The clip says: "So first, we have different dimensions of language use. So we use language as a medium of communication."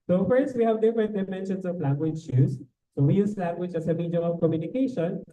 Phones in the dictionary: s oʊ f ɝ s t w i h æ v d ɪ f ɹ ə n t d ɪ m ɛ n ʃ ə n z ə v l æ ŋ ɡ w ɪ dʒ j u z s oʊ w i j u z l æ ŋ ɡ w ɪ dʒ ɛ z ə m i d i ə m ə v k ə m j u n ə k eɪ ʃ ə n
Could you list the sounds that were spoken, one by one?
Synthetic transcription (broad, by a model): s oʊ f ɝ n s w i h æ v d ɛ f ə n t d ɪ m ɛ n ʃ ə n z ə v l æ ŋ ɡ w ɪ dʒ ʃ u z s oʊ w i j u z l æ ŋ ɡ w ɪ dʒ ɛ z ə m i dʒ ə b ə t k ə m j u n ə k eɪ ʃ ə n